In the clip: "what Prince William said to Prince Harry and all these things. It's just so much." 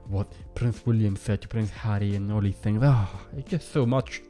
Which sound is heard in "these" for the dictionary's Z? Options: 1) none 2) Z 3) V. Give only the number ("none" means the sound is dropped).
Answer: 1